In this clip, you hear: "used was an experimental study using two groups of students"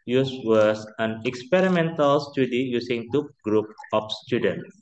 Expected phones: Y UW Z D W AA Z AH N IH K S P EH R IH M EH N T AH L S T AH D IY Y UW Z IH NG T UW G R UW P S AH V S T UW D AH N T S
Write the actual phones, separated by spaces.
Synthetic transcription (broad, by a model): Y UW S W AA S AH N IH K S P EH R IH M EH N T AH L S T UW D IY Y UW S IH NG T UW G R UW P AH F S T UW D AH N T